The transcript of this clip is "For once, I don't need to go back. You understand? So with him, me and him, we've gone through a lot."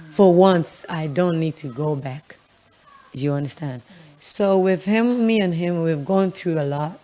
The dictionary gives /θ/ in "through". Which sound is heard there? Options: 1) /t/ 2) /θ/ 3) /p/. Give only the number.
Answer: 2